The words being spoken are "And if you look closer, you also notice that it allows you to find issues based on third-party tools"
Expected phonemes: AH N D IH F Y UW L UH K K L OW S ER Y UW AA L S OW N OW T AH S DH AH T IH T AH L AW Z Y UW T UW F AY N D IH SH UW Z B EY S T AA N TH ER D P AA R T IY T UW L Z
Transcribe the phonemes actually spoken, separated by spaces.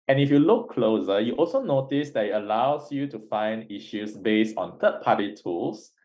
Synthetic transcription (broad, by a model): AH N IH F Y UW L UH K K L OW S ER Y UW AA L S OW N OW T AH S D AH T IH T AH L AW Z Y UW T UW F AY N D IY SH UW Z B EY S T AA N T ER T P AA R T IY T UW L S